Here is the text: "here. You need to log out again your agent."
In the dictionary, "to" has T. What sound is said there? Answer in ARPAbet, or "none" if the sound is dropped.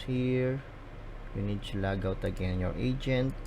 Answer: S